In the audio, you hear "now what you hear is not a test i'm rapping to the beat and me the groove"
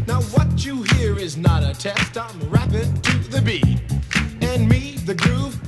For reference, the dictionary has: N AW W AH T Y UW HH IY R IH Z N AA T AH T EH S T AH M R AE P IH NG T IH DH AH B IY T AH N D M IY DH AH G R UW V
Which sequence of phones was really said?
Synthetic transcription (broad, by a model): N AW W AH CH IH HH IY R IH Z N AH T AH T EH S T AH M R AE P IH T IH DH AH B IY AH N M IY DH AH G R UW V